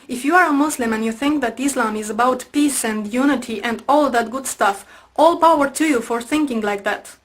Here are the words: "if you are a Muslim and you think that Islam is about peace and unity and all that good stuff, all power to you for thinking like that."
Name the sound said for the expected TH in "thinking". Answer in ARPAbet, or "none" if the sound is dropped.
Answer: TH